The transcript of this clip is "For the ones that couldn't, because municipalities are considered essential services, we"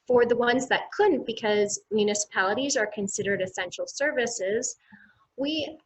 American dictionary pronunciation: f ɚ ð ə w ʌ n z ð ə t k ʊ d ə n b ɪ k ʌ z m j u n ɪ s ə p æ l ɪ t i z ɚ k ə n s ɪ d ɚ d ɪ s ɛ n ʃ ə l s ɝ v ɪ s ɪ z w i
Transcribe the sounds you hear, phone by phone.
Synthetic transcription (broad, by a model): f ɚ ð ə w ʌ n z ð ə t k ʊ d n b ɪ k ʌ z m j u n ɪ s ə p æ l ɪ t i z ɚ k ə n s ɪ d ɚ d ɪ s ɛ n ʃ l s ɝ v ɪ s ɪ z w i